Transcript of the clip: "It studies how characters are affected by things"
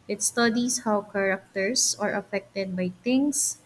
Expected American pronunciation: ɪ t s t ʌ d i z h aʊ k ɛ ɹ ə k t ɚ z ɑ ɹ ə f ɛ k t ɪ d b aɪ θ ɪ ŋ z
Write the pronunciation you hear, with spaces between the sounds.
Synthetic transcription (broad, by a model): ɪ t s t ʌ d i s h aʊ k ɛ ɹ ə k t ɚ s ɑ ɹ ə f ɛ k t ɪ d b aɪ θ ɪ ŋ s